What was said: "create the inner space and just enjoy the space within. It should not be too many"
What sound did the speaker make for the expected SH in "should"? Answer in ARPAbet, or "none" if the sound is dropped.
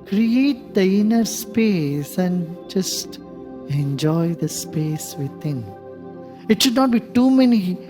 SH